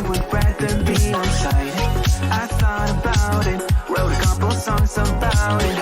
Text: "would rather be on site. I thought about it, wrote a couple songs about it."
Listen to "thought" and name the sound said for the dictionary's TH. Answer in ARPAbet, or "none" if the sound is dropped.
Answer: S